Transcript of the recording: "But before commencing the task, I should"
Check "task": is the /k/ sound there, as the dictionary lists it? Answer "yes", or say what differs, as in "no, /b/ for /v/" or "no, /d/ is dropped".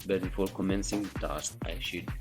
no, /k/ is dropped